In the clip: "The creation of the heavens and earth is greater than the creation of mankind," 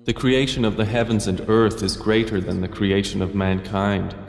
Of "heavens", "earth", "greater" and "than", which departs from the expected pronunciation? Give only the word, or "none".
none